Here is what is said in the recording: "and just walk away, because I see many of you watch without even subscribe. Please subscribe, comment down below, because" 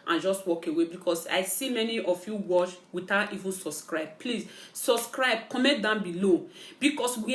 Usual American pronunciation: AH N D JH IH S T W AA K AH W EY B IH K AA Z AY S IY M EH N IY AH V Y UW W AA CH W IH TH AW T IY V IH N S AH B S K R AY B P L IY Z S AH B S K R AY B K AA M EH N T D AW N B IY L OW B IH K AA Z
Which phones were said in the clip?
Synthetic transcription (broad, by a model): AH N JH IH S T W AA K AH W EY B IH K AA S AY S IY M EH N IY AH F Y UW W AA S W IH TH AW T IY V IH N S AH B S K R AY B P L IY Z S AH B S K R AY B K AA M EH T D AW N B IY L OW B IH K AA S